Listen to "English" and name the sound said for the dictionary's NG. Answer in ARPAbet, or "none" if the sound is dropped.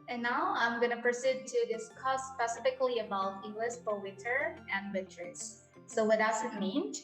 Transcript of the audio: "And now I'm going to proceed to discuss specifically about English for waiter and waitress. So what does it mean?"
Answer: none